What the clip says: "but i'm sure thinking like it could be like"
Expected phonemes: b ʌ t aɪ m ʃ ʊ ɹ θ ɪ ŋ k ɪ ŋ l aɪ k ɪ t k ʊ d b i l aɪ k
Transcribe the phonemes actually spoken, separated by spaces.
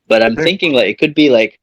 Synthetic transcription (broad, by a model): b ʌ t aɪ m θ ɪ ŋ k ɪ ŋ l aɪ k ɪ t k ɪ d b i l aɪ k